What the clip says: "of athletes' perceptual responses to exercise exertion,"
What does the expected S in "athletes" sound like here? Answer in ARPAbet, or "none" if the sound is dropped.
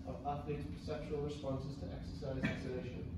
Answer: none